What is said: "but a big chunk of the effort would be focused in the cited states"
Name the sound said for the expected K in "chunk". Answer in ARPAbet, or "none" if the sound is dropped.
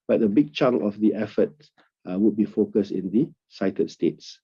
none